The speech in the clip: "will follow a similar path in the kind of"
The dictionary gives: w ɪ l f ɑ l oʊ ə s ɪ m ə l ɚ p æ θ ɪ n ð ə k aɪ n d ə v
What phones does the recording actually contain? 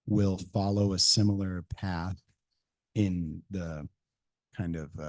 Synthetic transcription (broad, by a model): w ɪ l f ɑ l oʊ ə s ɪ m l ɚ p æ θ ɪ n ð ə k aɪ n d ə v